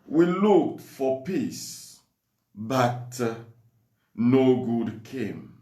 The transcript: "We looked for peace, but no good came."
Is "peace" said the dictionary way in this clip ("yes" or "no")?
yes